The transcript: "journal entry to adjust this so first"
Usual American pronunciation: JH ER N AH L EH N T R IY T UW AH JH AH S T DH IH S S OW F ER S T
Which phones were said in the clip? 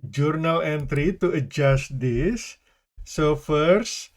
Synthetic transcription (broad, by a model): JH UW N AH L EH N T R IY T UW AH JH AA S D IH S S OW F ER S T